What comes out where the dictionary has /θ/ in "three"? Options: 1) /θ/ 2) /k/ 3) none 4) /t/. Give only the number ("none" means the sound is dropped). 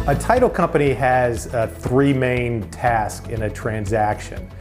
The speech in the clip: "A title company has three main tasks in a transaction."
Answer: 1